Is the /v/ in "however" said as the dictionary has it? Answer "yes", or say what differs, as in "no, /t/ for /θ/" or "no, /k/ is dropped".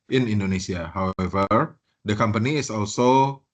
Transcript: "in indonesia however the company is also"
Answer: yes